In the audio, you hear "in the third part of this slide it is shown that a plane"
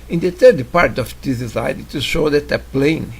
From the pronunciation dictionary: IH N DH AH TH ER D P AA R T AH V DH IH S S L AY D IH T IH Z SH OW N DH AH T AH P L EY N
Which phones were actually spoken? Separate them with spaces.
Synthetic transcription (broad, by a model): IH N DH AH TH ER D P AA R T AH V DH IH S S AY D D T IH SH OW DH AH T AH P L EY N